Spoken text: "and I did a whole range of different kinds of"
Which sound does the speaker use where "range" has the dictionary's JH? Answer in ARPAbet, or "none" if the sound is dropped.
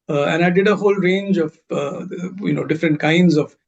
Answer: JH